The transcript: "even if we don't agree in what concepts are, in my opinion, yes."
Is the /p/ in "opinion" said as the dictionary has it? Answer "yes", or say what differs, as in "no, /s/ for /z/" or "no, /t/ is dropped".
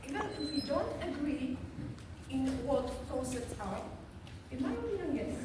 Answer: no, /b/ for /p/